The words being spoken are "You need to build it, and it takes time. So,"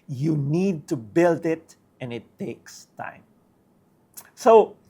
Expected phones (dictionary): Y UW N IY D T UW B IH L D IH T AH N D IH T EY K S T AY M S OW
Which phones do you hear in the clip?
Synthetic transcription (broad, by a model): Y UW N IY D T UW B IH L D IH T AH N IH T EY K S T AY M S OW